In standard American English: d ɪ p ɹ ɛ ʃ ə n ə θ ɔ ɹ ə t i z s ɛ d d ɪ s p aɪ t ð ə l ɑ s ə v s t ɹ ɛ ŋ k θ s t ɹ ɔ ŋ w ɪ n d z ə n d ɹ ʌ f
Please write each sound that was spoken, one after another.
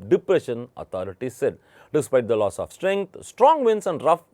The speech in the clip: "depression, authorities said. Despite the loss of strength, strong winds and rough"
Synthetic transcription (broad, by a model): d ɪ p ɹ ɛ ʃ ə n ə t ɔ ɹ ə t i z s ɛ d d ɪ s p aɪ t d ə l ɑ s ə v s t ɹ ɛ ŋ k t s t ɹ ɔ ŋ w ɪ n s ə n d ɹ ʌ f